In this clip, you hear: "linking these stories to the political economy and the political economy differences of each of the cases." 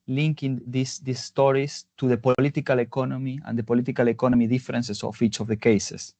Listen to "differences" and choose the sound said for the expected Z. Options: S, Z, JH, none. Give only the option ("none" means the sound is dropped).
S